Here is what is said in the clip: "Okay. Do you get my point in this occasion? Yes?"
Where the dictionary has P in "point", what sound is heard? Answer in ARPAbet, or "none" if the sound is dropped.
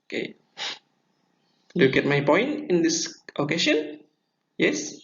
P